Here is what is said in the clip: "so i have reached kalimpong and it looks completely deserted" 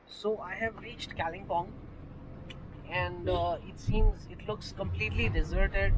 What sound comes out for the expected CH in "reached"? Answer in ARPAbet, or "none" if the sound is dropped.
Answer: CH